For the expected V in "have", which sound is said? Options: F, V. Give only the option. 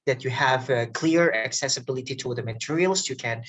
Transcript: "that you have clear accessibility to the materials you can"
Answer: V